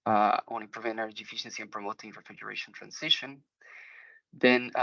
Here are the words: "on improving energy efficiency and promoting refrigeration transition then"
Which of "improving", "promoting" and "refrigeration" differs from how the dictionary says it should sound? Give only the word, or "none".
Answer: improving